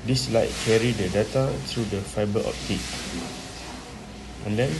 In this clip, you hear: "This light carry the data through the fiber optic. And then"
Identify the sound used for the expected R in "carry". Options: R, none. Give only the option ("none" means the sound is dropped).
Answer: R